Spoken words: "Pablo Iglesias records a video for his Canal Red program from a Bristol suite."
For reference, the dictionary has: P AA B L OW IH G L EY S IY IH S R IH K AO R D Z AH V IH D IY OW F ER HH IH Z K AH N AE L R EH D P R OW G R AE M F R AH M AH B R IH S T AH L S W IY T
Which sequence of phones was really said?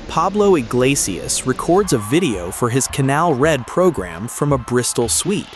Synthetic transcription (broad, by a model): P AA B L OW IH G L EY S IY IH S R IH K AO R D Z AH V IH D IY OW F ER IH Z K AH N AE L R EH D P R OW G R AE M F R AH M AH B R IH S T L S W IY T